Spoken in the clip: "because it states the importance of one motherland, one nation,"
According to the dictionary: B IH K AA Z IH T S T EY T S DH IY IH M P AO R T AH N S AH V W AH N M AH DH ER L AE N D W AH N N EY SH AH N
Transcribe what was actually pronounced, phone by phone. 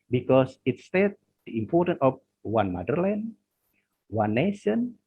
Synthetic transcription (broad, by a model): B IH K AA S IH T S T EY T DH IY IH M P AO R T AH N AH F W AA N M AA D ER L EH N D W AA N N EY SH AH N